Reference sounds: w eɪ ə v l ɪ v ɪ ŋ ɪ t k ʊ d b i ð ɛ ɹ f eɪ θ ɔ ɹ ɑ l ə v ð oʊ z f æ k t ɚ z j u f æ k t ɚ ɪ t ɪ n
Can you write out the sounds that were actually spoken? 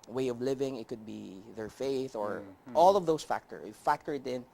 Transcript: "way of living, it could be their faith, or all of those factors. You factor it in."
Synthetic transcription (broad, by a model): w eɪ ə v l ɪ v ɪ ŋ ɪ t k ʊ d b i ð ɛ ɹ f eɪ θ ɔ ɹ ɑ l ə v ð oʊ s f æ k t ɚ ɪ f æ k t ɚ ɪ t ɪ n